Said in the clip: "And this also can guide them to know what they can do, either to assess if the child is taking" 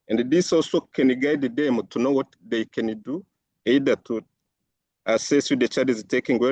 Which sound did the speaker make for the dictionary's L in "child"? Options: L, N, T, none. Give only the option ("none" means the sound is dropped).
none